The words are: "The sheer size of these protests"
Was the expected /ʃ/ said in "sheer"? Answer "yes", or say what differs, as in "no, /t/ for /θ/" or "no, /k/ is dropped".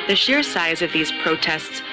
yes